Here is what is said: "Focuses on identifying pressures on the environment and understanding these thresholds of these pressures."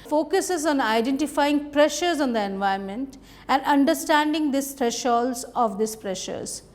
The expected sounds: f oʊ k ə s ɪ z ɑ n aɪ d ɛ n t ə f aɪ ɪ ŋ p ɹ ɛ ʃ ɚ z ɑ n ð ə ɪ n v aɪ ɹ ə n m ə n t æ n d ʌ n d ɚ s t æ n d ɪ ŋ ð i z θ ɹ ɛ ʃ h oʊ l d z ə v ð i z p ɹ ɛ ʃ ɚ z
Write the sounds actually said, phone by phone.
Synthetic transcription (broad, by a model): f oʊ k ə s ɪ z ɑ n aɪ d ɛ n t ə f aɪ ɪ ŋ p ɹ ɛ ʃ ɚ z ɑ n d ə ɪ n v aɪ ə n m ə n t æ n d ʌ n d ɚ s t æ n d ɪ ŋ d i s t ɹ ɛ ʃ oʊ l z ə v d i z p ɹ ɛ ʃ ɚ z